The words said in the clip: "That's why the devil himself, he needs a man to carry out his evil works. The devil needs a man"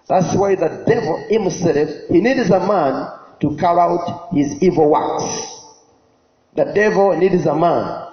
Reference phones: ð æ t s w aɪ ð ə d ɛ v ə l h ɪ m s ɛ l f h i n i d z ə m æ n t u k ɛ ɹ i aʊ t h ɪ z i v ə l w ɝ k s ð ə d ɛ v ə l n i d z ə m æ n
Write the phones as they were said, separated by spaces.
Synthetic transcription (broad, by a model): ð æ t s w aɪ ð ə d ɛ v ə l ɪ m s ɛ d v h i n i d z ə m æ n t u k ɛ ɹ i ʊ t h ɪ z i v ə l w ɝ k s ð ə d ɛ v ə l n i d z ə m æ n